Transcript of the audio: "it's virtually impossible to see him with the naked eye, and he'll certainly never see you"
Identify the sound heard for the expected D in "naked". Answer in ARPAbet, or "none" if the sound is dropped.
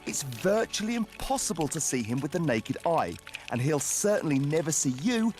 D